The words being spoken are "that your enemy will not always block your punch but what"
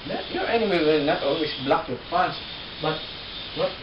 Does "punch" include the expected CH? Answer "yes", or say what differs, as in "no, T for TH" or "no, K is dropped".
no, S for CH